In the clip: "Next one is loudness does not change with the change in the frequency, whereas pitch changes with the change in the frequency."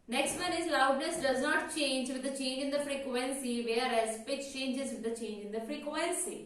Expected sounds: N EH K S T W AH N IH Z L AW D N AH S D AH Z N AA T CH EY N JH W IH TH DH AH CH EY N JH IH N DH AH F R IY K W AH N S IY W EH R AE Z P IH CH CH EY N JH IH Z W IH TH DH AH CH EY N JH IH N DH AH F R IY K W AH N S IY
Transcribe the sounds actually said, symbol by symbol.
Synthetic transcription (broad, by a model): N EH K S T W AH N IH Z L AW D L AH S D AH Z N AA T CH EY N JH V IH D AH CH EY N JH IH N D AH F R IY K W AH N S IY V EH R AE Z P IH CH CH EY N JH IH Z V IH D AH CH EY N JH IH N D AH F R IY K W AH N S IY